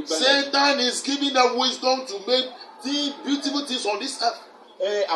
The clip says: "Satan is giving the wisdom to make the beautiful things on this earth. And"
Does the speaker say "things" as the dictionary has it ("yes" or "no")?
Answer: no